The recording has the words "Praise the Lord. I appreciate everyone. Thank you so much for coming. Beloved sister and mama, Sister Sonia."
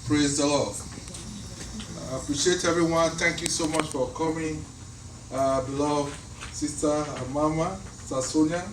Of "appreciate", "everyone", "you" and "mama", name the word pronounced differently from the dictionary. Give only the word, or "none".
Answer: everyone